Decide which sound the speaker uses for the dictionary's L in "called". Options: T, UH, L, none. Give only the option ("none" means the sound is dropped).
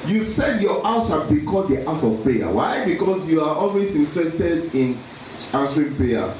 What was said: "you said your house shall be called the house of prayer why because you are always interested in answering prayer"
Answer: none